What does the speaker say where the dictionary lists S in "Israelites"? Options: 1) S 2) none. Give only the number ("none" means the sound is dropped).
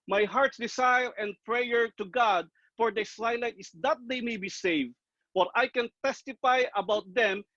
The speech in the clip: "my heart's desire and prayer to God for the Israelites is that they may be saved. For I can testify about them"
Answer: 2